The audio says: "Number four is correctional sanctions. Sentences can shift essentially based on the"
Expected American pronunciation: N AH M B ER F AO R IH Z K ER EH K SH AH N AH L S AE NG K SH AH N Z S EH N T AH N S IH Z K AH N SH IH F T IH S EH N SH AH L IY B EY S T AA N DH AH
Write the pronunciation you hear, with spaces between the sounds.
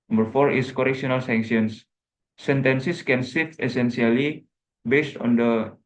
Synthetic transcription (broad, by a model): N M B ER F AO R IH S K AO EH K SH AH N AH L S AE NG K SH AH N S S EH N T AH N S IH S K AH N S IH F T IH S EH N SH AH L IY B EY S T AA N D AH